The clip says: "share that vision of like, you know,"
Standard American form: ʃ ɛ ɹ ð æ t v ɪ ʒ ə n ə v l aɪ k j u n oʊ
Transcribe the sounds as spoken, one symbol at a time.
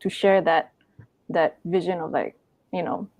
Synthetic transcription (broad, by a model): ʃ ɛ ɹ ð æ t v ɪ ʒ ə n ə v l aɪ k j u n oʊ